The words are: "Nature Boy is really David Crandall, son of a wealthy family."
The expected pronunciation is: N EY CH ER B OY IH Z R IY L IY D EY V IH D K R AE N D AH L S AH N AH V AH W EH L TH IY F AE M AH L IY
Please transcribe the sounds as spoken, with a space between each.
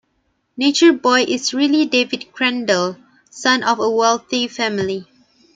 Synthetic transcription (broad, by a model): N EY CH ER B OY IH S R IY L IY D EY V IH D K R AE N D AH L S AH N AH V AH W EH L TH IY F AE M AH L IY